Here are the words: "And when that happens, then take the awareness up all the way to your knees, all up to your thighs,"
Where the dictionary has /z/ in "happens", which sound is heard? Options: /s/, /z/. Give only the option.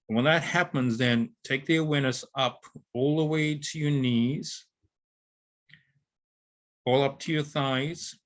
/z/